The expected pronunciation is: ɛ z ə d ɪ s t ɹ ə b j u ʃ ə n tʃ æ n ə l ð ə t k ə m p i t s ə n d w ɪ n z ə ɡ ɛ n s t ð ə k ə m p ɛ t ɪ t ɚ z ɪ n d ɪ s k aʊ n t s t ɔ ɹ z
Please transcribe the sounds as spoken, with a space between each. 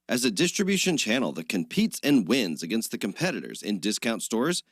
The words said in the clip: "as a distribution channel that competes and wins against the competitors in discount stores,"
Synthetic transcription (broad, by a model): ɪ z ə d ɪ s t ɹ ə b j u ʃ ə n tʃ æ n l ð ə t k ə m p i t s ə n w ɪ n z ə ɡ ɛ n s t ð ə k ə m p ɛ t ɪ t ɚ z ɪ n d ɪ s k aʊ n t s t ɔ ɹ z